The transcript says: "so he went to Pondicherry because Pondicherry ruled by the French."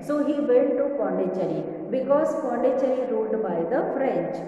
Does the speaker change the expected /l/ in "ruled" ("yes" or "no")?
yes